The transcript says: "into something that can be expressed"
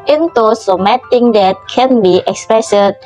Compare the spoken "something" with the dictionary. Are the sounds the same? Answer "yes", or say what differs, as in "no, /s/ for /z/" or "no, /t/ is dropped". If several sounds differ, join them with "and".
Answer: no, /t/ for /θ/